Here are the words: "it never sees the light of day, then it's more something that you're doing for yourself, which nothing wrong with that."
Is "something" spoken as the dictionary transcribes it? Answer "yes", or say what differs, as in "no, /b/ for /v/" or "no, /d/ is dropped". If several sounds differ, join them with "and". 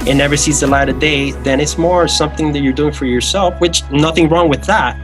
yes